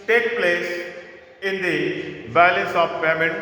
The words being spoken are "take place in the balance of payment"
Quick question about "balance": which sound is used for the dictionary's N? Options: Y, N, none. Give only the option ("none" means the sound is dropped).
none